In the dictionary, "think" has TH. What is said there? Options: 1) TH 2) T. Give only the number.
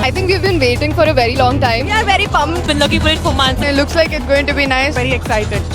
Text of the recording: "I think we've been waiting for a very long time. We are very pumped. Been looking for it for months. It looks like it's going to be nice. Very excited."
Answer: 2